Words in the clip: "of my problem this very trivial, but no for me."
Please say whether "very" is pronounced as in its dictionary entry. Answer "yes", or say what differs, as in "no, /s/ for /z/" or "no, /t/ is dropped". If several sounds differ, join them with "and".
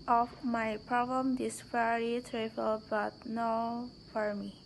no, /f/ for /v/